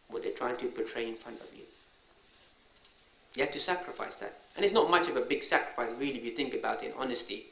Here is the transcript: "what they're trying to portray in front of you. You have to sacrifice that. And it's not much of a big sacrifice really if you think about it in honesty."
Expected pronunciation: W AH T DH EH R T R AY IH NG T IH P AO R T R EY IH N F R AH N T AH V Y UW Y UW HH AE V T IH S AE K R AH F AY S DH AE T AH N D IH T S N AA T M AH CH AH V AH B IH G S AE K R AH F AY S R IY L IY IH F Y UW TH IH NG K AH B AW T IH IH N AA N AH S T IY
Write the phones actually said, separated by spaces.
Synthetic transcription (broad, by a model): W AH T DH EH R T R AY IH NG T IH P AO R T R EY IH N F R AH N T AH V Y UW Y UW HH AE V T IH S AE K R AH F AY S DH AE T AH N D IH T S N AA T M AH CH AH V AH B IH G S AE K R AH F AY S R IY L IY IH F Y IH TH IH NG K AH B AW T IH IH N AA N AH S T IY